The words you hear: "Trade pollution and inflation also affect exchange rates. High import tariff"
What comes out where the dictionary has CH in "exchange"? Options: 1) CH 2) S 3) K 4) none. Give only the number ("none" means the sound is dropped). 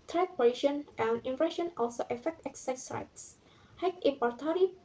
4